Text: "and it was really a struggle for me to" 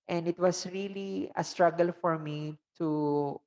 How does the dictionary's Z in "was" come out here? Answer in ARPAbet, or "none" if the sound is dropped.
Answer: S